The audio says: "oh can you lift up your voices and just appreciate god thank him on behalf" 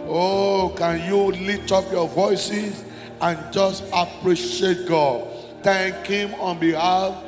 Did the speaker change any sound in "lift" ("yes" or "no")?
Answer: yes